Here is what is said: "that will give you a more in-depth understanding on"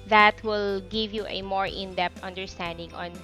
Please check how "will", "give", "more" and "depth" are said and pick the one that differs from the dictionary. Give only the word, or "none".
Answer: depth